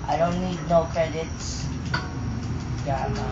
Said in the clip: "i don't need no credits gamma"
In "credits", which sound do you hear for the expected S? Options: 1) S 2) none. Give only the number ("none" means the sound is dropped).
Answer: 1